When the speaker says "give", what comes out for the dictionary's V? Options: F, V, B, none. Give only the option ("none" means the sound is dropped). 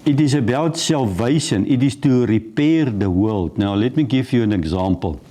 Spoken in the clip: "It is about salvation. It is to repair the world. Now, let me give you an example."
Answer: F